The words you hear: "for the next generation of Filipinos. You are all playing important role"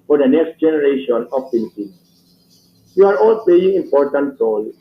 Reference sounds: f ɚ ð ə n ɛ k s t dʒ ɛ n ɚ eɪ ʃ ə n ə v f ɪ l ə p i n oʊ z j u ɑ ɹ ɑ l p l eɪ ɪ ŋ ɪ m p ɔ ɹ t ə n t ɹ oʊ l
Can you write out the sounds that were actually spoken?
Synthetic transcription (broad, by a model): f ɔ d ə n ɛ k s t dʒ ɛ n ɚ eɪ ʃ ə n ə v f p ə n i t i j u ɑ ɹ ɑ l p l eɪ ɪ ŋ ɪ m p ɔ ɹ t ə n t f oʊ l